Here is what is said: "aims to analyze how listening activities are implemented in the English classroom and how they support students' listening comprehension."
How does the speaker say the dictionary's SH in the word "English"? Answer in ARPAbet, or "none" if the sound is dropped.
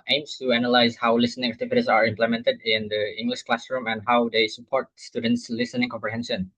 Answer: SH